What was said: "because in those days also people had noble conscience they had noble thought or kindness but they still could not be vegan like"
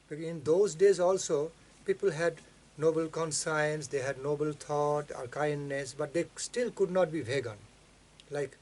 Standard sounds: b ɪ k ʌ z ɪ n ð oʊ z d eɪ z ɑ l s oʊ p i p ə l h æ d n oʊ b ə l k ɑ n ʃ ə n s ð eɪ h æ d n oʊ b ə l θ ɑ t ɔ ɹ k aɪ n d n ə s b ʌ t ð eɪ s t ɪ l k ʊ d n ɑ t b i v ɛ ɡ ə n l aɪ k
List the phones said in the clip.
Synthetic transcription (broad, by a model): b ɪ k ɪ n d oʊ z d eɪ z ɑ l s oʊ p i p ə l h æ d n oʊ b ə l k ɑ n s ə n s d eɪ h æ d n oʊ b ə l t ɑ t ɔ ɹ k aɪ n d n ə s b ʌ t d eɪ s t ɪ l k ʊ d n ɑ t b i v ɛ ɡ ə n l aɪ k